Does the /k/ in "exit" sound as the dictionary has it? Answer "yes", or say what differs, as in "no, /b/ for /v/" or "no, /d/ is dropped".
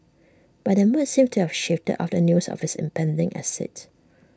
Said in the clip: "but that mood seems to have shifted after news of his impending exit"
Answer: no, /k/ is dropped